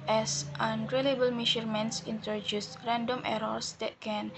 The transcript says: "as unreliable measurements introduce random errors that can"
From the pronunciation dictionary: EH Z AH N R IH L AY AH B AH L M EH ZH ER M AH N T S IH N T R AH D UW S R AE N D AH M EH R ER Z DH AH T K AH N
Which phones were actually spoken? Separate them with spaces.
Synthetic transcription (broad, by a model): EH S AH N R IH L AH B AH L M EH SH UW M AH N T S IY N T R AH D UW S R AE N D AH M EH R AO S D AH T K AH N